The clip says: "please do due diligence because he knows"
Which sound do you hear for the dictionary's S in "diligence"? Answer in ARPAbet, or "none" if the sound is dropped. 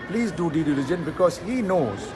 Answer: none